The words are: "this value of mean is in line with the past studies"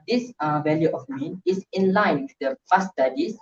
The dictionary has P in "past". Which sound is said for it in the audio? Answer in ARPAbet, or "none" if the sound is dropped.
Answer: F